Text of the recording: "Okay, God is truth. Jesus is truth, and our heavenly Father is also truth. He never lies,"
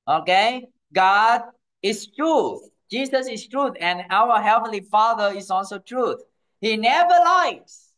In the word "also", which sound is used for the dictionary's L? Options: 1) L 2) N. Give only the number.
1